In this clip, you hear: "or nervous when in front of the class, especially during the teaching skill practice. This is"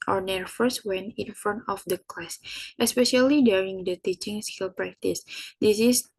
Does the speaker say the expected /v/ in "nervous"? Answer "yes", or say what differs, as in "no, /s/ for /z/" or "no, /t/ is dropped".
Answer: no, /f/ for /v/